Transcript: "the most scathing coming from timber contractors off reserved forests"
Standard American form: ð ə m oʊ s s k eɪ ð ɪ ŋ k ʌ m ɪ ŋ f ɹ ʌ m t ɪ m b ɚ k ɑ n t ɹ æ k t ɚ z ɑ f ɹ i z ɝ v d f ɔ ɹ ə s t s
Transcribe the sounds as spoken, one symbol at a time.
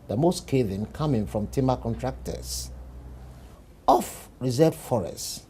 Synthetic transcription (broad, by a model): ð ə m oʊ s s k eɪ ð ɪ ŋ k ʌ m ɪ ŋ f ɹ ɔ m t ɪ m ɚ k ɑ n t ɹ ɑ k t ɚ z ɑ f ɹ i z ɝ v f ɔ ɹ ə s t